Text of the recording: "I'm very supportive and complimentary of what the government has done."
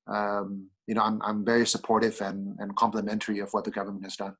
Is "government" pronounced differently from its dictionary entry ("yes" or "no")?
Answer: no